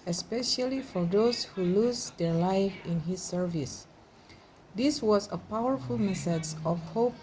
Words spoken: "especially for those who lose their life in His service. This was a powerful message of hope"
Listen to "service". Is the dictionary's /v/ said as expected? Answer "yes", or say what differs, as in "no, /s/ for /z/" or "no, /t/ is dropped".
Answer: yes